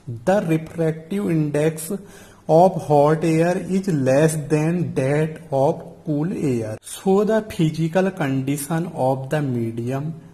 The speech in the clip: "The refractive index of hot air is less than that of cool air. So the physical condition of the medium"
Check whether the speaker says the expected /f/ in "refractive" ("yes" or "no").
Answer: no